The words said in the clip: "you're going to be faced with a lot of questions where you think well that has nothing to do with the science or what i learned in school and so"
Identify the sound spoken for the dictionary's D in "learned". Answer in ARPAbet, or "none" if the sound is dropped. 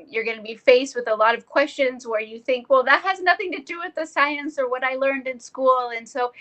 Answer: D